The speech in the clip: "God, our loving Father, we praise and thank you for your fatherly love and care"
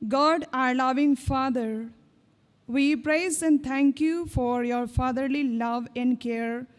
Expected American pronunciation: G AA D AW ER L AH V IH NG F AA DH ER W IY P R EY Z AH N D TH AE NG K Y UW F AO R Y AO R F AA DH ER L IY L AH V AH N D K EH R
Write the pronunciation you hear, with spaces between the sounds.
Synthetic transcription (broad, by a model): G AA D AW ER L AH V IH NG F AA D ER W IY P R EY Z AH N D T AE NG K Y UW F AO R Y AO R F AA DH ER L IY L AH V AH N D K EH R